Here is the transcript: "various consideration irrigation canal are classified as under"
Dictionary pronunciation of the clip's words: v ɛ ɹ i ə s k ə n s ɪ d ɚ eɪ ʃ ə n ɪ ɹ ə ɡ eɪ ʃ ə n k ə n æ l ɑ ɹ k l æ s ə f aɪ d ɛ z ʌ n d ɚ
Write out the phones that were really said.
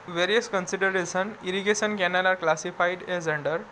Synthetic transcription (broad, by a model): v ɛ ɹ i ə s k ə n s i d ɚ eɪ s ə n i ɹ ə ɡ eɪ s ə n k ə n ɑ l ɑ ɹ k l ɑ s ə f aɪ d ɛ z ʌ n d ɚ